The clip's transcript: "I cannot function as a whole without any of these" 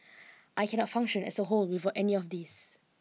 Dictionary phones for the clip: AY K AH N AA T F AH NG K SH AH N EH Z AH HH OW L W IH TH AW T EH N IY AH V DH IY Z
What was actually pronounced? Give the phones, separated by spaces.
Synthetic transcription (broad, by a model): AY K AH N AA T F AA NG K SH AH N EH S AH HH OW L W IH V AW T EH N IY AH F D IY S